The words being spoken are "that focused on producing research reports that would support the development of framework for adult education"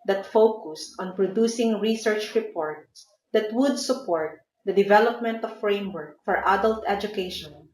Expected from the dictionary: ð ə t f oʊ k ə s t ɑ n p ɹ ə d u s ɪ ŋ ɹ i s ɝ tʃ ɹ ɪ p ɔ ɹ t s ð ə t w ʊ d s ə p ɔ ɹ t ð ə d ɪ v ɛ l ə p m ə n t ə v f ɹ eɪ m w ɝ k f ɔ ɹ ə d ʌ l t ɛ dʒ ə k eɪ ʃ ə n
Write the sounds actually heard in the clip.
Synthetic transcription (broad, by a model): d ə t f oʊ k ə s t ɑ n p ɹ ə d u s ɪ ŋ ɹ i s ɝ tʃ ɹ ɪ p ɔ ɹ t s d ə t w ʊ d s ə p ɔ ɹ t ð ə d ɪ v ɛ l ə p m ə n t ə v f ɹ eɪ m w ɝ k f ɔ ɹ ə d ʌ l t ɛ dʒ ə k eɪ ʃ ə n